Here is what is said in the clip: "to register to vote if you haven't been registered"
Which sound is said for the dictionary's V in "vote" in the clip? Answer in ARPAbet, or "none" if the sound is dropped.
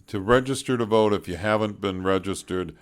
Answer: V